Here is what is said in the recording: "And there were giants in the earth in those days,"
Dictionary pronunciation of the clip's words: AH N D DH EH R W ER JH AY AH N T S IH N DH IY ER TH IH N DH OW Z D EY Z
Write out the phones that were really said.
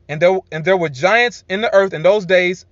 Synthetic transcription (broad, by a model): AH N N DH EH R W ER JH AY AH N T S IH N DH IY ER TH IH N DH OW Z D EY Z